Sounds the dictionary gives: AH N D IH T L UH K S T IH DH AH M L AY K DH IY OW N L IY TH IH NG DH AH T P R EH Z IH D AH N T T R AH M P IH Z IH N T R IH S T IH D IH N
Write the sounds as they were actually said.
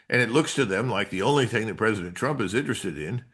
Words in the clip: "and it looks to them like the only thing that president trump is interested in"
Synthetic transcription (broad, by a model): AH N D IH T L UH K S T IH DH AH M L AY K DH IY OW N L IY TH IH NG DH AH T P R EH Z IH D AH N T T R AH M P IH Z IH N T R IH S T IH D IH N